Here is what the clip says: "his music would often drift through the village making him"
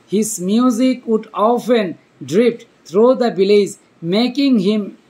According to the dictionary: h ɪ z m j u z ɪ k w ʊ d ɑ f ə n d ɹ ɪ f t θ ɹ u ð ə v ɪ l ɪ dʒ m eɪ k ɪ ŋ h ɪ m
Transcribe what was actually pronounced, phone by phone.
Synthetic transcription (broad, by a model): h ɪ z m j u z ɪ k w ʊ d ɑ f ə n d ɹ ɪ p t t ɹ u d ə b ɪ l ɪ z m eɪ k ɪ ŋ h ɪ m